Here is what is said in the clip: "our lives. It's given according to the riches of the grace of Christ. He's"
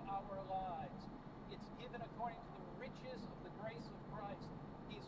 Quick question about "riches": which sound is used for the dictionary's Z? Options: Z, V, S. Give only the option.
Z